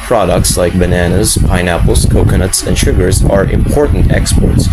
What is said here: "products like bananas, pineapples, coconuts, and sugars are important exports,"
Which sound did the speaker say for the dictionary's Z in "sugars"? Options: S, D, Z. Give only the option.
Z